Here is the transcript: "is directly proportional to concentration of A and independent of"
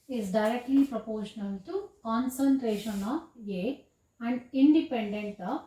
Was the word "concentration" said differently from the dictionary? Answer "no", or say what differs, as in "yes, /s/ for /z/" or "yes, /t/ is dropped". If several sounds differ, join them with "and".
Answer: no